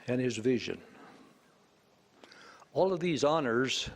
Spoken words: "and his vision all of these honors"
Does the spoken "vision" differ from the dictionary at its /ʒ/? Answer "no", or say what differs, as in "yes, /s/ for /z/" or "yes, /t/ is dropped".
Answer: no